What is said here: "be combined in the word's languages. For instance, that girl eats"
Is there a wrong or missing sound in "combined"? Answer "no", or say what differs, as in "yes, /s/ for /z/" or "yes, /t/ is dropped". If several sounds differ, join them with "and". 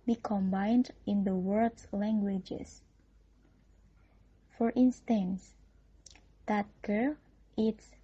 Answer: no